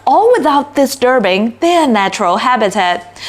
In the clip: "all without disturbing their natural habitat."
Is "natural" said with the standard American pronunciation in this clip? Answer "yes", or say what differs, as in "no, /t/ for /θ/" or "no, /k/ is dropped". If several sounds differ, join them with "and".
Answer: yes